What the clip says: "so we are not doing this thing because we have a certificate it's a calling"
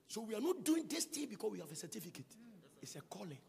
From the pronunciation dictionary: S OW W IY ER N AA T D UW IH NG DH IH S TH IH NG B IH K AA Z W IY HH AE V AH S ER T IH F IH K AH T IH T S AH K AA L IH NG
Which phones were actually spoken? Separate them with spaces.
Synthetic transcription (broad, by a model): S OW W IY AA N AA T D UW IH NG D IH S T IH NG B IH K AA S W IY HH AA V AH S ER T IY F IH K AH T IH T S AH K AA L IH